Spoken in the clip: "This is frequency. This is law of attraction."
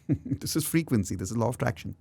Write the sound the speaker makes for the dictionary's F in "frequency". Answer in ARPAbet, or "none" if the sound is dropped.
F